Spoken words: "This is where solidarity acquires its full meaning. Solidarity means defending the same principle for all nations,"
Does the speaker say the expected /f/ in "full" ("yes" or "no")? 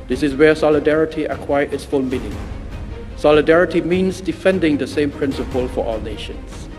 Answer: yes